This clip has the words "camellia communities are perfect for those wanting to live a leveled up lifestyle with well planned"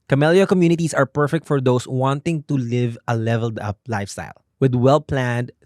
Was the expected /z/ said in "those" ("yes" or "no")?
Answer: no